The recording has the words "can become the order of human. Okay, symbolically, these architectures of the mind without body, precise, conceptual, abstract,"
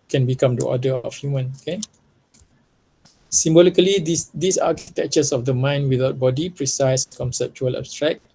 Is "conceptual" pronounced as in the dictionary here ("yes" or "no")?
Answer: yes